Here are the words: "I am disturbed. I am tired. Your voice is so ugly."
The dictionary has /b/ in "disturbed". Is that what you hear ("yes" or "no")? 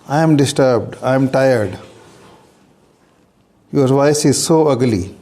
yes